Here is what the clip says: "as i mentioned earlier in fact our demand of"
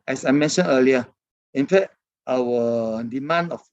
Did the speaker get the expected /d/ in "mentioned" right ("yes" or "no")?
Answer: no